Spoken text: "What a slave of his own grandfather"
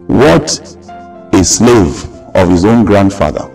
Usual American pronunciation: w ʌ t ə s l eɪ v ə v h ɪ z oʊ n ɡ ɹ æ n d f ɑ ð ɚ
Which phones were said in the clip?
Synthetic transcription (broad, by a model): w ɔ t ə s l eɪ v ə v h ɪ z oʊ n ɡ ɹ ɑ n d f ɑ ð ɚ